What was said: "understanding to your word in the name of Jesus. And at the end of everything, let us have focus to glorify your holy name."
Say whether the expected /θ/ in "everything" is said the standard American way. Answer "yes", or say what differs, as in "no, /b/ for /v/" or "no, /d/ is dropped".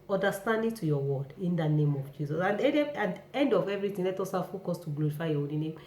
no, /t/ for /θ/